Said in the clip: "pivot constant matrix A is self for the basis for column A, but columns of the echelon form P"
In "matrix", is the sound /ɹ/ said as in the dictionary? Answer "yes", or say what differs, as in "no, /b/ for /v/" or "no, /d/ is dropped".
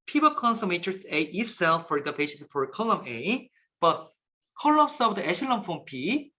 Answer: no, /ɹ/ is dropped